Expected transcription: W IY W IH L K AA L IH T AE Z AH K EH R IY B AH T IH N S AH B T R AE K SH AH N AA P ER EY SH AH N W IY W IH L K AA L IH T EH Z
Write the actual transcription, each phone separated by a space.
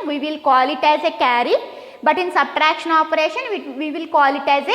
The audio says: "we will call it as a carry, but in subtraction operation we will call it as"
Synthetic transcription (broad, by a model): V IY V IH L K AA L IH T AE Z AH K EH R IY B AH T IH N S AH B T R AE K SH AH N AA P ER EY SH AH N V IY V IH L K AA L IH T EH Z